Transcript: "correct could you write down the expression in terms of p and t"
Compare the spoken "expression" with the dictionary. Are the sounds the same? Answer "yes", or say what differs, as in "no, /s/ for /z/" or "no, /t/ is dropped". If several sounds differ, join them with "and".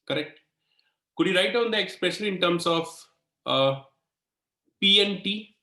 no, /l/ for /n/